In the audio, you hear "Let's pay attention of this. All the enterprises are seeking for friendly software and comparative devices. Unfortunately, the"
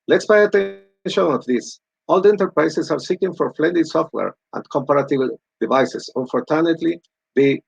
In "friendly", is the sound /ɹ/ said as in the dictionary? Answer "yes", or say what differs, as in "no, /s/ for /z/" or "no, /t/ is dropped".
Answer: no, /l/ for /ɹ/